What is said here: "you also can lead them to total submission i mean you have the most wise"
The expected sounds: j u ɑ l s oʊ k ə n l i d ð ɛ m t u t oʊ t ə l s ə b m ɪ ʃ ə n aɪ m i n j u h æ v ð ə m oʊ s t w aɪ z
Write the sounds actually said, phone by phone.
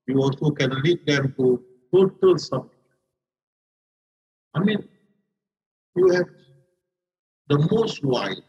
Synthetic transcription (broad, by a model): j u ɑ l s oʊ k ə n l i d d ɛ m t u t oʊ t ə l s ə m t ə aɪ m i n j u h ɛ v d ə m oʊ s t w aɪ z